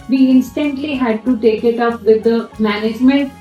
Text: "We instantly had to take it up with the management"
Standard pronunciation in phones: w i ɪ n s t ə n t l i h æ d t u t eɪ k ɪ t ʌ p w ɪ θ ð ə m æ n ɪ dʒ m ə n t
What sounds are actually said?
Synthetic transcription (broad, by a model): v i ɪ n s t ə n t l i h æ d t u t eɪ k ɪ t ʌ p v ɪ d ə m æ n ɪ dʒ m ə n t